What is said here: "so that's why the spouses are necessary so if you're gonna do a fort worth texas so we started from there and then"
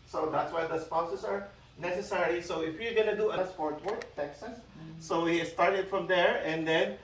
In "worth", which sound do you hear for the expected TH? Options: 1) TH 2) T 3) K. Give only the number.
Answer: 2